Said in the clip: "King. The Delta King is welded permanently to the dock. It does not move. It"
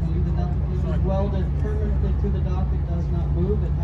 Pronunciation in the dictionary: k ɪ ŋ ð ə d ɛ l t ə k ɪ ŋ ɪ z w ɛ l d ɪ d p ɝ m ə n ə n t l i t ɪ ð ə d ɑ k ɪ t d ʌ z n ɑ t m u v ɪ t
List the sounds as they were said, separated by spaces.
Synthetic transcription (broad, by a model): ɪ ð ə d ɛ t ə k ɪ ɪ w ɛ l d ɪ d p ɝ m ə n ə n t l i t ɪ ð ə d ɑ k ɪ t d ʌ z n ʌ t m u v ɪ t